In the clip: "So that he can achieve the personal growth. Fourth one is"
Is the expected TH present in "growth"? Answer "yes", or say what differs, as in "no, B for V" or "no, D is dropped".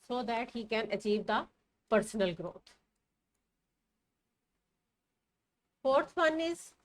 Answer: no, T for TH